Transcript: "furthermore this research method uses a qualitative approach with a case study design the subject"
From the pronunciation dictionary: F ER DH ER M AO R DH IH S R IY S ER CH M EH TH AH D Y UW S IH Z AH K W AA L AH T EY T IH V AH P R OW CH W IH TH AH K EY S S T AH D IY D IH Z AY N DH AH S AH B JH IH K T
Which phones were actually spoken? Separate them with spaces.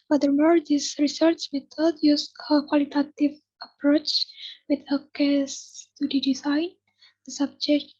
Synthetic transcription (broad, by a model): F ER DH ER M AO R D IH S R IY S ER CH M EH T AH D Y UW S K AH K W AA L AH T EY T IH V AH P R OW CH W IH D AH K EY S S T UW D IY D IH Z AY N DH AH S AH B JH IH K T